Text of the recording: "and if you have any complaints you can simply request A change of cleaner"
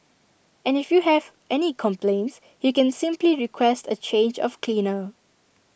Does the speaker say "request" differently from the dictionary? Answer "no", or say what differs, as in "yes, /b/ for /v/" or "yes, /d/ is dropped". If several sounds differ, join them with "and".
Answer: no